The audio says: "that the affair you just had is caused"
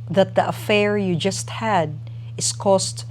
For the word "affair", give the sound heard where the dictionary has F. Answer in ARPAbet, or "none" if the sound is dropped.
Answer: F